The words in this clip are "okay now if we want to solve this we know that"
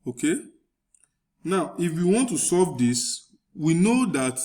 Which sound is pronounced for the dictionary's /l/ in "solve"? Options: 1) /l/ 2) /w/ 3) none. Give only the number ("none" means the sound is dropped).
3